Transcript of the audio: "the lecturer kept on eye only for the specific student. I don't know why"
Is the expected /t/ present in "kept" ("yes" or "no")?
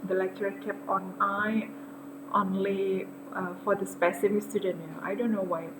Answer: no